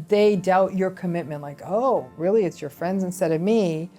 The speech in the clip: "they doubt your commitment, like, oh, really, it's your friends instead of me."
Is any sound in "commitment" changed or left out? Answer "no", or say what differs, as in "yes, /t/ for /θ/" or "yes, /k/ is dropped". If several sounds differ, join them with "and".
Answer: no